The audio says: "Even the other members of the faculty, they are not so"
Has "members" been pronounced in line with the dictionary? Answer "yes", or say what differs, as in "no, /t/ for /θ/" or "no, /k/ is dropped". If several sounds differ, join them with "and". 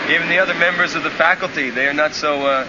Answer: yes